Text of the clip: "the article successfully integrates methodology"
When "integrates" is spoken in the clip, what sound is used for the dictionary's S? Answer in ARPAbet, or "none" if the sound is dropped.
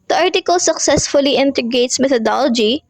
S